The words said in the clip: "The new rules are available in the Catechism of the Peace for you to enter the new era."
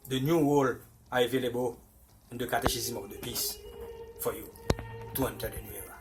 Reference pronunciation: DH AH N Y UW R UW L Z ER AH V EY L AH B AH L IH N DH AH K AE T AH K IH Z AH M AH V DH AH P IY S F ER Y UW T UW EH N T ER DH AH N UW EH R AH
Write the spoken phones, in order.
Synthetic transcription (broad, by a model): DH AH N Y UW W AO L AA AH V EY L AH B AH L IH N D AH K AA T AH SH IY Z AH M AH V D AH P IY S F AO Y UW T UW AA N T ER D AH N UW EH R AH